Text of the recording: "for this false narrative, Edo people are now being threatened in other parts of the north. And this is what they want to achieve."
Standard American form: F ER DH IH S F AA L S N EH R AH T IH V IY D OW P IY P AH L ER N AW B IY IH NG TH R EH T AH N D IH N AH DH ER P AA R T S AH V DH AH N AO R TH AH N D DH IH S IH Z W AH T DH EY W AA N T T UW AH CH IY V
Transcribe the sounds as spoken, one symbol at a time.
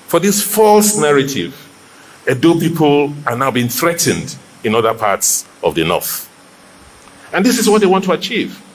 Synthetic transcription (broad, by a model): F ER DH IH S F AA L S N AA R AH T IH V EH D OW P IY P AH L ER N AW B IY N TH R EH T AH N D IH N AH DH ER P AA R T S AH V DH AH N AO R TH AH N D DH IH S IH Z W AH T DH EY W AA N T T UW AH CH IY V